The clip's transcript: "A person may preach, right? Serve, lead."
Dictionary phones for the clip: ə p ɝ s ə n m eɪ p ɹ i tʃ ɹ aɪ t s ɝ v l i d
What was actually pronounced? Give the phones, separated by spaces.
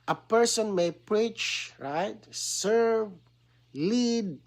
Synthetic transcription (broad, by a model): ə p ɝ s ə n m eɪ p ɹ i tʃ ɹ aɪ t s ɝ v l i d